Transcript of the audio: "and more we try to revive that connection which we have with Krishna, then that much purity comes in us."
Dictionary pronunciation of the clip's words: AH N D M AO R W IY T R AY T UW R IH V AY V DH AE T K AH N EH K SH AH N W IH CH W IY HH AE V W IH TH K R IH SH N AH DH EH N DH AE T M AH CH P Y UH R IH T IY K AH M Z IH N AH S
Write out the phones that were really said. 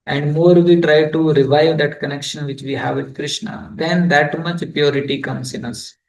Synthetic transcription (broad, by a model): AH N D M AO R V IY T R AY T UW R IH V AY V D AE T K AH N EH K SH AH N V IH CH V IY HH AE V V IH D K R IH SH N AH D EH N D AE T M AH CH P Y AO R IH T IY K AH M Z IH N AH S